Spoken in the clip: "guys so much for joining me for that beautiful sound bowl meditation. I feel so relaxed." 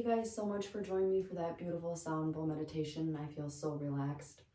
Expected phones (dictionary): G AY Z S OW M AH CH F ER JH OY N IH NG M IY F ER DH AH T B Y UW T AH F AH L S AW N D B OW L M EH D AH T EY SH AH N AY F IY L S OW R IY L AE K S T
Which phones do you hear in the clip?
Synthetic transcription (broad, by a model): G AY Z S OW M AH CH F ER JH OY IH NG M IY F ER DH AH T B Y UW T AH F L S AW N D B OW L M EH D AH T EY SH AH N AY F IY L S OW R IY L AE K S T